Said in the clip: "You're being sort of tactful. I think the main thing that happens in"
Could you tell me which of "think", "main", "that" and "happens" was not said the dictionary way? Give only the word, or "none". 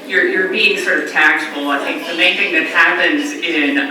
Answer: none